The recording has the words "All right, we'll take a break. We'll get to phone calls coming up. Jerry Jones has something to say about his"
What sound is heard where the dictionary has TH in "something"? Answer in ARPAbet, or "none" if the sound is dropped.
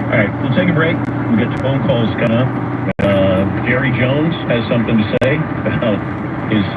TH